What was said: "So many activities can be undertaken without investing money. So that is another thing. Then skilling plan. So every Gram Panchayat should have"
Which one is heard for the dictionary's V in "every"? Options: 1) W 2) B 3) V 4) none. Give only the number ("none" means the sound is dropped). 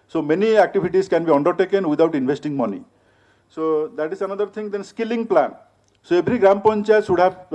2